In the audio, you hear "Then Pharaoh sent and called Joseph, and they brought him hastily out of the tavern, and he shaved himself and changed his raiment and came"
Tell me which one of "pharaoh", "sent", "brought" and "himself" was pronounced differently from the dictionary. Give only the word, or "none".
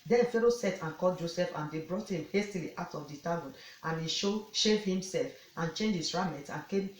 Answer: sent